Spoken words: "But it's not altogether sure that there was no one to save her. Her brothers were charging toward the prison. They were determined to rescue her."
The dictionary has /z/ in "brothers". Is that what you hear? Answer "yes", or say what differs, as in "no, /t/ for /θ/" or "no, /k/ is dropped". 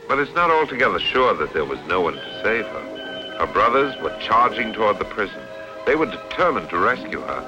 yes